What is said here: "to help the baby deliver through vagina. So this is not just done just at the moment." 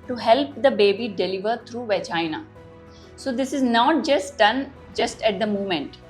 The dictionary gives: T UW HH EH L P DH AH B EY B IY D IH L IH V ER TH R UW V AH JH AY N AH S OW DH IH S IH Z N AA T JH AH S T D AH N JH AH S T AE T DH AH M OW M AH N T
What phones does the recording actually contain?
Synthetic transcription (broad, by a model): T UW HH EH L P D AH B EY B IY D IH L IH V ER T R UW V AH CH AY N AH S OW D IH S IH Z N AA T JH AH S T D AH N JH AH S T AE T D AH M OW M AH N T